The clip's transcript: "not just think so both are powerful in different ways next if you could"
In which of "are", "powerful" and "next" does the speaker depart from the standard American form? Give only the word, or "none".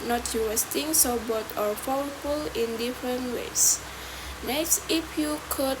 powerful